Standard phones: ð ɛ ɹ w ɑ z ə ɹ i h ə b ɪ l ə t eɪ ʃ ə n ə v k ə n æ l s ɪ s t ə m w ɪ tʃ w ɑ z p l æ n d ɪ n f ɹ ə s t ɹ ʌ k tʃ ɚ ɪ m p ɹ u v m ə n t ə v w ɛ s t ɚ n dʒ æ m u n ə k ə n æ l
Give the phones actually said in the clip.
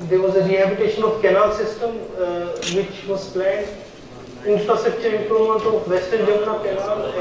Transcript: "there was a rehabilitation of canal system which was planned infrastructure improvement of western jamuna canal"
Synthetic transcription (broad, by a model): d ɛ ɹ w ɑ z ə ɹ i h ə b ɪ t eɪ ʃ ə n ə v k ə n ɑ l s ɪ s t ə m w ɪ tʃ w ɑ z p l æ n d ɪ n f ɹ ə s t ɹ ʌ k tʃ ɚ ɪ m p ɹ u m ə n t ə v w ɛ s t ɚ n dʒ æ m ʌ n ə k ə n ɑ l